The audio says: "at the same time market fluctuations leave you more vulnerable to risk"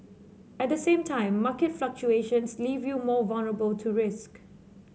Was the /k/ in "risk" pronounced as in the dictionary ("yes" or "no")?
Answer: yes